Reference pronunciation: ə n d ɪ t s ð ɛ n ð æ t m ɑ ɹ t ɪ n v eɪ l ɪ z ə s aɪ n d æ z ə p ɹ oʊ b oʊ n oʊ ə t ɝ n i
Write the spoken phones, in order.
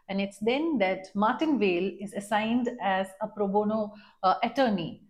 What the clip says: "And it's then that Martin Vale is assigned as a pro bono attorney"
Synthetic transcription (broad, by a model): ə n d ɪ t s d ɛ n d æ t m ɑ ɹ t ɪ n v eɪ l ɪ z ə s aɪ n d æ z ə p ɹ oʊ b oʊ n oʊ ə t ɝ n i